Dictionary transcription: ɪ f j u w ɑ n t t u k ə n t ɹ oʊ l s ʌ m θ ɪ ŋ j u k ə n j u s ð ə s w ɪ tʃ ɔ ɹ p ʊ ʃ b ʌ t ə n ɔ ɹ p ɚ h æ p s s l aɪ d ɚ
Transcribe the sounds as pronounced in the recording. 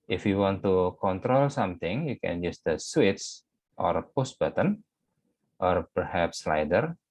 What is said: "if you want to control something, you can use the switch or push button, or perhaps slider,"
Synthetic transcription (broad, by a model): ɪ f j u w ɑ n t t u k ə n t ɹ oʊ l s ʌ m t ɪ ŋ j u k ə n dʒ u s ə s w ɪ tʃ ɔ ɹ p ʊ s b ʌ t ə n ɔ ɹ p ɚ h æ p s s l aɪ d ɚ